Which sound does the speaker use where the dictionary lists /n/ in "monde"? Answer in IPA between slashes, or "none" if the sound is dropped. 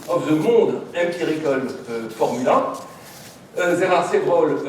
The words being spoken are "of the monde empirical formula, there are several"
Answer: none